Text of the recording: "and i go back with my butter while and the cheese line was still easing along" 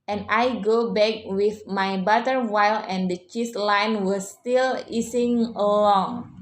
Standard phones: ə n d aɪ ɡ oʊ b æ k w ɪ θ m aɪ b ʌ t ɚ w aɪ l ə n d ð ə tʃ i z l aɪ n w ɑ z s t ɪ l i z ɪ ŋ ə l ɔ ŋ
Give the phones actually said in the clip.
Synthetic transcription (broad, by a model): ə n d aɪ ɡ oʊ b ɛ k w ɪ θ m aɪ b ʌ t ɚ w aɪ l ə n d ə tʃ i s l aɪ n w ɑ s t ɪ l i s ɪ ŋ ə l ɔ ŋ